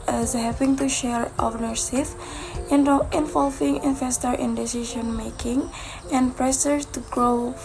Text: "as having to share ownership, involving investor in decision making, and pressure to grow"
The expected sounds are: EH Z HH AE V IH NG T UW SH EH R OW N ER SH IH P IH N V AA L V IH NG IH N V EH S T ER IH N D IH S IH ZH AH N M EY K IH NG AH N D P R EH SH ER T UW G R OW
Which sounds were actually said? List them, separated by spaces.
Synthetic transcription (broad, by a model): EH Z HH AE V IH NG T UW SH EH R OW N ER S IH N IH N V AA L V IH NG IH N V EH S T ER IH N D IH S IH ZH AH N M EY K IH NG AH N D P R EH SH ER T UW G R OW